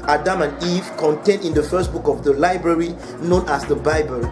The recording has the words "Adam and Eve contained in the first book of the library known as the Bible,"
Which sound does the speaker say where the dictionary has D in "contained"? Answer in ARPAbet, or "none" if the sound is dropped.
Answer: D